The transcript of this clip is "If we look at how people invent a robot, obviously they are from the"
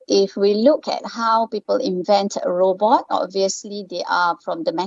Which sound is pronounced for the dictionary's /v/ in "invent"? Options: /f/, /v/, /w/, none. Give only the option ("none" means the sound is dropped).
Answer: /v/